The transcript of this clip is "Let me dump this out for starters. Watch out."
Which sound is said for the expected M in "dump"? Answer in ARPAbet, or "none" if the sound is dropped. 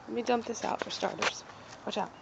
M